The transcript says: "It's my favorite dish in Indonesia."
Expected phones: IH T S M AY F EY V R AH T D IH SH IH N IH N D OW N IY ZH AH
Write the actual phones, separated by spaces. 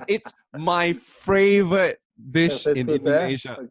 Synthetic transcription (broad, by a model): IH T S M AY F EY V R AH T D IH SH IH N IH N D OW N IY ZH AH